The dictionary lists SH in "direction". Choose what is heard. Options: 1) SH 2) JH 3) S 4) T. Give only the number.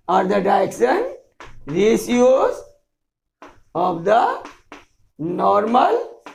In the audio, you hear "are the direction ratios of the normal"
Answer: 3